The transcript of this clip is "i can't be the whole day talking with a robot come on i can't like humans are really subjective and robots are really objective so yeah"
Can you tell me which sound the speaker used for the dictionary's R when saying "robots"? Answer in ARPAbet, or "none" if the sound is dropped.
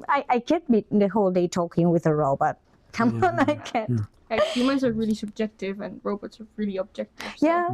R